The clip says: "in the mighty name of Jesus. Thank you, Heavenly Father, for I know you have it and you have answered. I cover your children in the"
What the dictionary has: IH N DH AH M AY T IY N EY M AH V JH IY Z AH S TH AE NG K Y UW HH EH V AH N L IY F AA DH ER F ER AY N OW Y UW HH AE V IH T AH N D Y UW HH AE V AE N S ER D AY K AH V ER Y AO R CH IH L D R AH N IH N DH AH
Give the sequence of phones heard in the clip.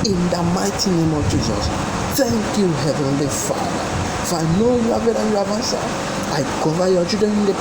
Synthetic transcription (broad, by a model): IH N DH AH M AY T IY N EY M AH V JH IY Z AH S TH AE NG K Y UW HH EH V AH N L IY F AA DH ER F AY N OW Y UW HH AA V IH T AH Y UW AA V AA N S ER AY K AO V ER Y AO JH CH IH D AH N IH N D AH